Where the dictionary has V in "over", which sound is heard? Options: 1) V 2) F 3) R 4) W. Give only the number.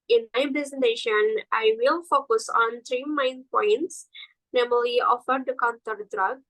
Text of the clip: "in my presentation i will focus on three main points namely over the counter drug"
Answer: 2